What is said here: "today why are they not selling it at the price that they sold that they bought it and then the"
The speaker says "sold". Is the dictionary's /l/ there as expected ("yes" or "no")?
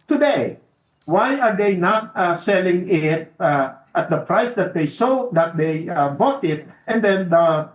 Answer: no